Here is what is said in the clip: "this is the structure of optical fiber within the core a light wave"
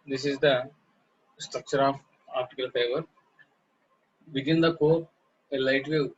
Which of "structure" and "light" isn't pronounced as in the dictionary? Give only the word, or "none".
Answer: none